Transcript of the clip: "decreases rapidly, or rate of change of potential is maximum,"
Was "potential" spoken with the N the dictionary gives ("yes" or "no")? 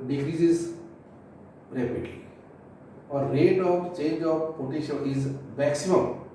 no